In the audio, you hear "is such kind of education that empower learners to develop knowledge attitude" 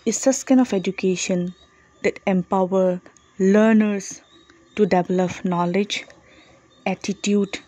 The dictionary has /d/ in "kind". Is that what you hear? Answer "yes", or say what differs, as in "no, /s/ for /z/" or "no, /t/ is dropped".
no, /d/ is dropped